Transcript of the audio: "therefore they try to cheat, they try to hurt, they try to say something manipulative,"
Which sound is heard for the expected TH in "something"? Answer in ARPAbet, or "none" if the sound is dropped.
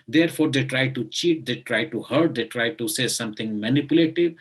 T